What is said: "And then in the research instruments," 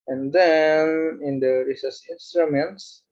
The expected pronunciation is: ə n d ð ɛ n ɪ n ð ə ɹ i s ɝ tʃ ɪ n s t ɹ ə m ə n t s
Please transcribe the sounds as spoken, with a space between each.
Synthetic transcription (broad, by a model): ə n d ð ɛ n ɪ n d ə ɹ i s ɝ s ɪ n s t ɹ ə m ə n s